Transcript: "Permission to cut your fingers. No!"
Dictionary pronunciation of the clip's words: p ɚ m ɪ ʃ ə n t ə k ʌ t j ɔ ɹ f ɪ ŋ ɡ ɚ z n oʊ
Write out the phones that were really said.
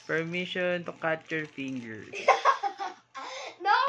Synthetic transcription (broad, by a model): p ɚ m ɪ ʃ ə n t ə k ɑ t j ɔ ɹ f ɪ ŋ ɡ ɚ n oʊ